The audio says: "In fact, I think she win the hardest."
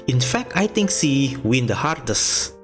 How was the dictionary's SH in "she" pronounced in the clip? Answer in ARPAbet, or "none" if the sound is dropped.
S